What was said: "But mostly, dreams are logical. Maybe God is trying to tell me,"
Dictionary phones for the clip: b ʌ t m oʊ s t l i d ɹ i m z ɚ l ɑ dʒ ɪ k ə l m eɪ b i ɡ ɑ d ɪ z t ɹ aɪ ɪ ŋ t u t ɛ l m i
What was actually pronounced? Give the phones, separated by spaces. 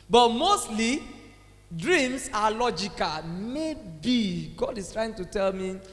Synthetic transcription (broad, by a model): b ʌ t m oʊ s t l i d ɹ i m s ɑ l ɑ dʒ ɪ k ə l m eɪ b i ɡ ɑ d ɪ s t ɹ aɪ ɪ ŋ t u t ɛ l m i